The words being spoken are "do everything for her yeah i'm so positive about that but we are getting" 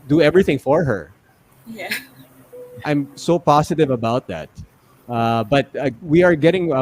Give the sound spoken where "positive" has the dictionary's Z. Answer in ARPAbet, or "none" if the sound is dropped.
S